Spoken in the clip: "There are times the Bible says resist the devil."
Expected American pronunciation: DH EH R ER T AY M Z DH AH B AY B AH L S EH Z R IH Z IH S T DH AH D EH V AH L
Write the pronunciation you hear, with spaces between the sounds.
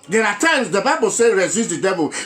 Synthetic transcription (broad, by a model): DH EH R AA T AY M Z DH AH B AY B AH L S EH R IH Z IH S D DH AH D EH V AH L